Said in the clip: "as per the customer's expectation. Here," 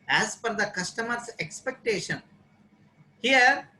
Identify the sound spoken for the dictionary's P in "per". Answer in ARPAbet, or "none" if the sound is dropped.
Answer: F